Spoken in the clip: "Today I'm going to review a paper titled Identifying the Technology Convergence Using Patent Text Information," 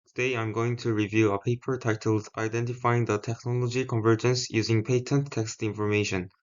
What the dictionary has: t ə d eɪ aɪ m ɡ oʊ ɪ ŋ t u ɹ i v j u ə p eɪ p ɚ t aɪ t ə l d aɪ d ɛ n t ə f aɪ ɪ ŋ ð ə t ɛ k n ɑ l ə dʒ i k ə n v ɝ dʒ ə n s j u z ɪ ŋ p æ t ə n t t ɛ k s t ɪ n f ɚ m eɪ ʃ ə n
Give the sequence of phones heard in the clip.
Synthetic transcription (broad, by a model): t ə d eɪ aɪ m ɡ oʊ ɪ ŋ t u ɹ i v j u ə p eɪ p ɚ t aɪ t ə l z aɪ d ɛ n t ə f aɪ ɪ ŋ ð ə t ɛ k n ɑ l ə dʒ i k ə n v ɝ dʒ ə n s j u z ɪ ŋ p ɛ t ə n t t ɛ k s t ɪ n f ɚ m eɪ ʃ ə n